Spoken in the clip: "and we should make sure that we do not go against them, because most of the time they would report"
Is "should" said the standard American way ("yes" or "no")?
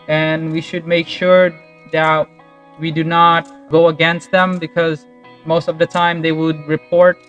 yes